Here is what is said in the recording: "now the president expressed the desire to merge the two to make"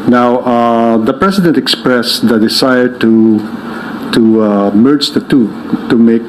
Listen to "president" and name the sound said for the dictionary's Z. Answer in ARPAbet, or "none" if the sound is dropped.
S